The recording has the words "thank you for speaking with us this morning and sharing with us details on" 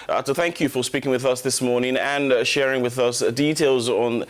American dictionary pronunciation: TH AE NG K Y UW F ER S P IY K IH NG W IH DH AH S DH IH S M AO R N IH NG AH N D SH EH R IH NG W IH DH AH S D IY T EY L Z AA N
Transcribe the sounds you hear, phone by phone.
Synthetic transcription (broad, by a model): TH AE NG K Y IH F ER S P IY K IH NG W IH DH AH S DH IH S M AO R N IH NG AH N SH EH R IH NG W IH DH AH S D IY T EY L Z N